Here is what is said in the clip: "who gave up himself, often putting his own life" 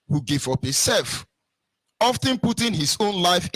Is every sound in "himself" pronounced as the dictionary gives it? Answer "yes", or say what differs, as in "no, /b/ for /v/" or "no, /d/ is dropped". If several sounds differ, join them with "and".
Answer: no, /m/ is dropped